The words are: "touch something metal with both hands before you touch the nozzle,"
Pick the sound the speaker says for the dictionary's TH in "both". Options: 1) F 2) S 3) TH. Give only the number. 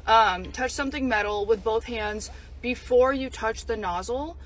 3